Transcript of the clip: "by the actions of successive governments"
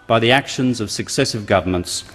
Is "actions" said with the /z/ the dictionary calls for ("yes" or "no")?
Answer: yes